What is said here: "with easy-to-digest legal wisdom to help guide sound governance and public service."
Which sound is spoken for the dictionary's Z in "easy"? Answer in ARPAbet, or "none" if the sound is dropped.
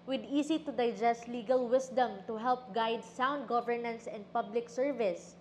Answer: S